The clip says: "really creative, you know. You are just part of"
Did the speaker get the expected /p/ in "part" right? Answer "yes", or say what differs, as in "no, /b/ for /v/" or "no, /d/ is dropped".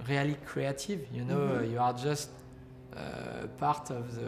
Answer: yes